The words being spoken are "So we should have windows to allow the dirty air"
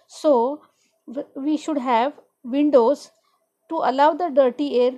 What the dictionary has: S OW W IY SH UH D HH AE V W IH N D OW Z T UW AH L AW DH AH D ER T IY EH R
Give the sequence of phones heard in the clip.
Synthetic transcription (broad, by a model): S OW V IY SH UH D HH AE V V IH N D OW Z T UW AH L AW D AH D ER T IY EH R